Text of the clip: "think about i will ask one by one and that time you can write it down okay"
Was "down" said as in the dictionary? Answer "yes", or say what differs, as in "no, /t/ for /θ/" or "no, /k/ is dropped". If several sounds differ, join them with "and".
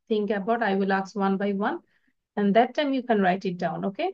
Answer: yes